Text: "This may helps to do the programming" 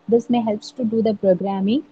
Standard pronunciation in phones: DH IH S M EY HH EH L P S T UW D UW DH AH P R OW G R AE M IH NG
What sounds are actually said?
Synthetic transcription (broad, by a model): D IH S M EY HH EH L P S T UW D UW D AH P R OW G R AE M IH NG